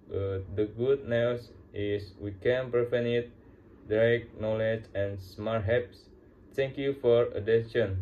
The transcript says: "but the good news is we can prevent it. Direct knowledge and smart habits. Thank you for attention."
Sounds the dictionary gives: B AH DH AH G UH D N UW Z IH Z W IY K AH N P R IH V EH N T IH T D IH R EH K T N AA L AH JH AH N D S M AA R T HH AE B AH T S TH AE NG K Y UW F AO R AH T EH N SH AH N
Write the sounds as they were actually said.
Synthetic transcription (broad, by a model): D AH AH G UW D N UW S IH S W IY K AH N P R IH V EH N IH T D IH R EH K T N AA L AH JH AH N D S M AA R T HH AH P S T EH NG K Y UW F AO R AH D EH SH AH N